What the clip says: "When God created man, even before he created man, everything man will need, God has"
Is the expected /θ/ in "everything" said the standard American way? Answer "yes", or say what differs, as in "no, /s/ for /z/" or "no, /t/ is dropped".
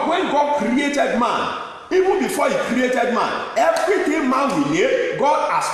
no, /t/ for /θ/